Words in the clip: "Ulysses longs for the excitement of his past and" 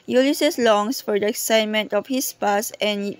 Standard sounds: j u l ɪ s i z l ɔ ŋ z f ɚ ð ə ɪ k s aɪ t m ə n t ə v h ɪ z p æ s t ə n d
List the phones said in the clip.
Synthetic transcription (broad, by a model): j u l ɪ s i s l ɔ ŋ s f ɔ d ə ɪ k s aɪ t m ə n t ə f h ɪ s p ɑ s ə n